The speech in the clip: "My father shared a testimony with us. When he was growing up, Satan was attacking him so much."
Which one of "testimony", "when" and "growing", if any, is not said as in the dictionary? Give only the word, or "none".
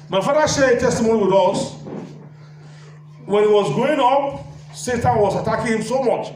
growing